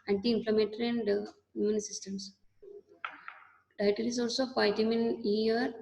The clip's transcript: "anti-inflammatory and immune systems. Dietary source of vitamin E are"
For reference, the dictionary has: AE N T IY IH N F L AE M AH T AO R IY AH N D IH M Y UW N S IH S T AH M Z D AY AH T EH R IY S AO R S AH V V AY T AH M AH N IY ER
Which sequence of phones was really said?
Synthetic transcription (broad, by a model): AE N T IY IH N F L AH M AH T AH R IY AH N D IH Y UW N S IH S T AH M S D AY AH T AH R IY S AO L S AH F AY T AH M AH N IY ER